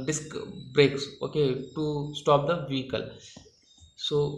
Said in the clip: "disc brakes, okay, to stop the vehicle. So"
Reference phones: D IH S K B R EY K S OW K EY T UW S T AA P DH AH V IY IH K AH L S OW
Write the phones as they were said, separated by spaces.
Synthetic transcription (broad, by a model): D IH S K B R EY K S OW K EY T UW S T AA P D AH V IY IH K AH L S OW